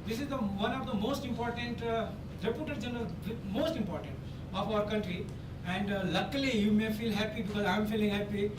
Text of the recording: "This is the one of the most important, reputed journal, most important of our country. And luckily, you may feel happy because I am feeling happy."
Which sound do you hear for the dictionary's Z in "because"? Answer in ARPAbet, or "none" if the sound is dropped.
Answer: Z